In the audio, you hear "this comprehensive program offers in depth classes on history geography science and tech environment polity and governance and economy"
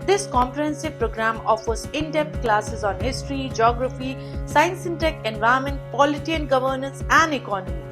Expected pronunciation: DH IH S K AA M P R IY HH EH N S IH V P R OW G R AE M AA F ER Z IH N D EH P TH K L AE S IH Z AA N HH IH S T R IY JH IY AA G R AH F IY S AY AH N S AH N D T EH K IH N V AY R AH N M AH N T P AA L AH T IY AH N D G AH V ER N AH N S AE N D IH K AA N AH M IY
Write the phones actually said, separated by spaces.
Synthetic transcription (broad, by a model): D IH S K AA M P R IY HH EH N S IH V P R OW G R AE M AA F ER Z IH N D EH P T K L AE S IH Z AA N HH IH S T R IY JH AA G R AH F IY S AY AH N S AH N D T EH K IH N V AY AH M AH N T P AA L AH T IY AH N G AH V ER N AH N S AE N D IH K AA N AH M IY